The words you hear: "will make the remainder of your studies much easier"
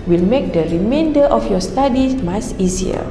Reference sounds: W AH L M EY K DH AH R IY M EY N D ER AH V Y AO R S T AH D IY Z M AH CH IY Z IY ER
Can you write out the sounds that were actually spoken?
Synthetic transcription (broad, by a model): W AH L M EY K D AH R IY M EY N D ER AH F Y AO S T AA D IY M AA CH IY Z IY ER